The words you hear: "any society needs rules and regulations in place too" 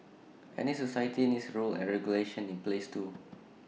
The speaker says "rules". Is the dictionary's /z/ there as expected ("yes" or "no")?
no